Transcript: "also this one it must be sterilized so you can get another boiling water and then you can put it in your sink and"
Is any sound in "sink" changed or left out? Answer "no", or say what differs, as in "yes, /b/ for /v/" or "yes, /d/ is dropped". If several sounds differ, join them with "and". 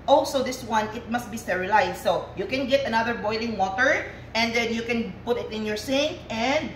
yes, /k/ is dropped